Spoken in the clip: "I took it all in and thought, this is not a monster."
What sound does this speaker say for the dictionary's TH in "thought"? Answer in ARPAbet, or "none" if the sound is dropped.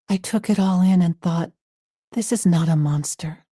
TH